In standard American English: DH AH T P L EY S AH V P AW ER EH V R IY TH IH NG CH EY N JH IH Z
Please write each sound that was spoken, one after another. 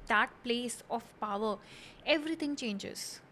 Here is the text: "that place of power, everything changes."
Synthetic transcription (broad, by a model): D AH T P L EY S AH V P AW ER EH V R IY T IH NG CH EY N JH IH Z